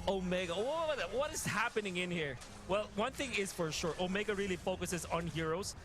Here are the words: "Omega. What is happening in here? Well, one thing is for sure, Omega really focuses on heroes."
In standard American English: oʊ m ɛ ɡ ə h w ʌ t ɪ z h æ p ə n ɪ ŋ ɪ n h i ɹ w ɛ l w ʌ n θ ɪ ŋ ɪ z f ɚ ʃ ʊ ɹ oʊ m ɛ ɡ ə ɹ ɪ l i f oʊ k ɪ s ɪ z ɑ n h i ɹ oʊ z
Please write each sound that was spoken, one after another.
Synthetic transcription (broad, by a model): oʊ m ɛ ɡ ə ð w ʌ t ɪ z h æ p ə n ɪ ŋ ɪ n h i ɹ w ɛ l w ʌ n θ ɪ ŋ ɪ z f ɚ ʃ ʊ ɹ oʊ m ɛ ɡ ə ɹ ɪ l i f oʊ k ɪ s ɪ z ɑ n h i ɹ oʊ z